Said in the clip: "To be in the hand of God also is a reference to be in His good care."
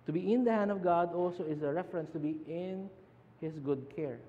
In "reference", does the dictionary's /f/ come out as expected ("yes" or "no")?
yes